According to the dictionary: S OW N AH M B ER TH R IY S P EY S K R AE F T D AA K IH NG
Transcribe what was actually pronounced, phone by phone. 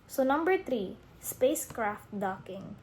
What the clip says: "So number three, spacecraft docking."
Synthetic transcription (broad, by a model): S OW N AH M B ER T R IY S P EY S K R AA F T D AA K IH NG